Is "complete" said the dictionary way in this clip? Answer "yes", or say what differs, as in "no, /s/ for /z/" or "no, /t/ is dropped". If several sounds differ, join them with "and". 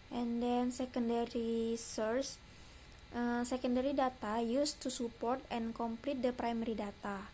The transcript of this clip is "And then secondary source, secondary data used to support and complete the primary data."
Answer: yes